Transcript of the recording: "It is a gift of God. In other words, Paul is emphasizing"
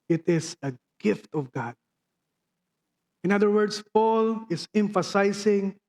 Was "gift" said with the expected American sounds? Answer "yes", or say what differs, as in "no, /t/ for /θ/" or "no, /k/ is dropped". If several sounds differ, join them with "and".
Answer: yes